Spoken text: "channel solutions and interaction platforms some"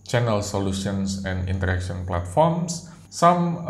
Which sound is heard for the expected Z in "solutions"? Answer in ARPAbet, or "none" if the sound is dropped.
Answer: S